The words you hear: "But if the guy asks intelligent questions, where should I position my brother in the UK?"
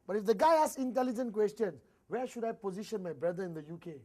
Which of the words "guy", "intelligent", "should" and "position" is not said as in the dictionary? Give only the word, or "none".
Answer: none